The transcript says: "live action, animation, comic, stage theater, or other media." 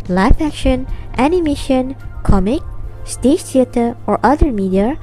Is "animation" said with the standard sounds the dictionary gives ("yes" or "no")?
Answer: yes